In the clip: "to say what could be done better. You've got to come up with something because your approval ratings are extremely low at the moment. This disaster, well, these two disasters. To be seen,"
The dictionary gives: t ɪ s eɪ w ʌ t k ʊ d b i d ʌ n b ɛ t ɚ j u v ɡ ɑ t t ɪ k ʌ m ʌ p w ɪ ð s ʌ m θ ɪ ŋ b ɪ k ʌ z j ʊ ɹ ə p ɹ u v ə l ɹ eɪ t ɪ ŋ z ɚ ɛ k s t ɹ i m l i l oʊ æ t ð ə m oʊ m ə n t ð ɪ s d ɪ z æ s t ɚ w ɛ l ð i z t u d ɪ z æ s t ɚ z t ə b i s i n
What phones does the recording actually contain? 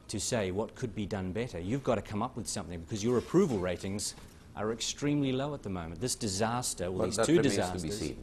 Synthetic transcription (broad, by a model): t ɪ s eɪ w ʌ t k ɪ d b i d ʌ n b ɛ t ɚ j u v ɡ ɑ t t ɪ k ʌ m ʌ p w ɪ ð s ʌ m θ ɪ ŋ b ɪ k ʌ z j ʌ ɹ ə p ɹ u v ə l ɹ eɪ t ɪ ŋ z ɚ ɛ k s t ɹ i m l i l oʊ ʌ t ð ə m oʊ m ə n ð ɪ s d ɪ z æ s t ɚ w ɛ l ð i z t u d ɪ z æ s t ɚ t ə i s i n